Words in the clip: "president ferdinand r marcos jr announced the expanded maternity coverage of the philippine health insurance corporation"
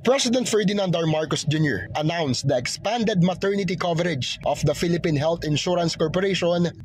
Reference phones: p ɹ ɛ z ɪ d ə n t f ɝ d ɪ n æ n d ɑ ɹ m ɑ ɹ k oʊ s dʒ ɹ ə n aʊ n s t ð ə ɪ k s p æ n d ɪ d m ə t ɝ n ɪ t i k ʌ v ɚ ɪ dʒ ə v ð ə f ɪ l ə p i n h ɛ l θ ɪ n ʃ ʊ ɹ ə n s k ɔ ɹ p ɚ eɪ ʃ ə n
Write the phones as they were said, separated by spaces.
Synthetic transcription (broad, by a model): p ɹ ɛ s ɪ d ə n t f ɝ d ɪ n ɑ n d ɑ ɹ m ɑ ɹ k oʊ s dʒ ɹ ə n aʊ n s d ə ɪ k s p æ n d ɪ d m ə t ɝ n ɪ t i k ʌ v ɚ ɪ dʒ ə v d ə f ɪ l ə p i n h ɛ l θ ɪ n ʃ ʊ ɹ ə n s k ɔ ɹ p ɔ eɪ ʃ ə n